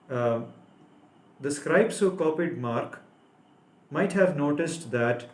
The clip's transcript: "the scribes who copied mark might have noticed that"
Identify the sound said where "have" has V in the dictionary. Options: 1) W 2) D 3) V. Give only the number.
3